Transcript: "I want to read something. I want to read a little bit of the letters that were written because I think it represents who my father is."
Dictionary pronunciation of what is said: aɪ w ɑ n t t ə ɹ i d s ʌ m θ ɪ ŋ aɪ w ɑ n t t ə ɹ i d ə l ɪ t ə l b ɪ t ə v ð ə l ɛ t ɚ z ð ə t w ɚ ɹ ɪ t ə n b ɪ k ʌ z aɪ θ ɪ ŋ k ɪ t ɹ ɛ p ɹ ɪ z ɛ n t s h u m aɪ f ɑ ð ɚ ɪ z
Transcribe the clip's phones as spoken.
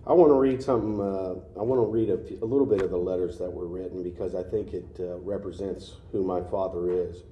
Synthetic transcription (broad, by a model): aɪ w ɑ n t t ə ɹ i d s ʌ m θ ɪ ŋ aɪ w ɑ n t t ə ɹ i d ə l ɪ t l b ɪ t ə v ð ə l ɛ t ɚ z ð ə t w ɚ ɹ ɪ t n b ɪ k ʌ z aɪ θ ɪ ŋ k ɪ t ɹ ɛ p ɹ ɪ z ɛ n t s h u m aɪ f ɑ ð ɚ ɪ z